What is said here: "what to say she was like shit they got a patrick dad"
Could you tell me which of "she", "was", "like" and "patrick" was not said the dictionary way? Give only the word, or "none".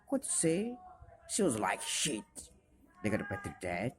patrick